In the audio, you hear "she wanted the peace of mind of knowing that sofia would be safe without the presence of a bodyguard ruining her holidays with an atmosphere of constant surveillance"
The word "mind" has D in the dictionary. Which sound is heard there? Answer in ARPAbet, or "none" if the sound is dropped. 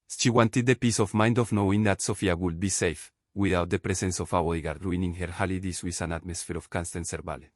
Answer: D